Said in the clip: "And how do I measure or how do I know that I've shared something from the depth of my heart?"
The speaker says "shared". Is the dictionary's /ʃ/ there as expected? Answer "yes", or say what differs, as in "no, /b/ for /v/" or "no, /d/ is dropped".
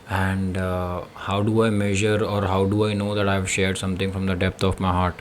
yes